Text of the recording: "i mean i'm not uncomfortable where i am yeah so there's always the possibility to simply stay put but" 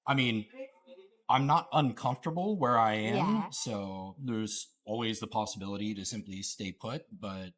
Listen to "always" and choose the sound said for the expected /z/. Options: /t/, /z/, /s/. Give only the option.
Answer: /z/